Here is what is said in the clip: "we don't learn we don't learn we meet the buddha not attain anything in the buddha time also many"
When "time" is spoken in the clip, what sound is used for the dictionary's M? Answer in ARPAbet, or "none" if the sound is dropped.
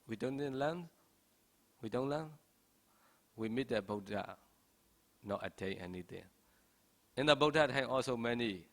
none